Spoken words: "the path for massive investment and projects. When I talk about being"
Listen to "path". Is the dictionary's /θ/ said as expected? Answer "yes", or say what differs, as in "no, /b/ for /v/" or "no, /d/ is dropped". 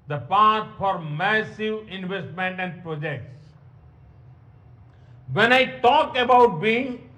no, /s/ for /θ/